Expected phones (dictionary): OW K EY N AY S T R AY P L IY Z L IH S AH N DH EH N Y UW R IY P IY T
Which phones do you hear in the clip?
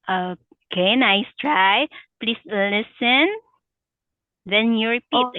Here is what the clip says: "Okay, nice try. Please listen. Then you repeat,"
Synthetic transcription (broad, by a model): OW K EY N AY S T R AY P L IY S L IH S AH N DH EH N Y UW R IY P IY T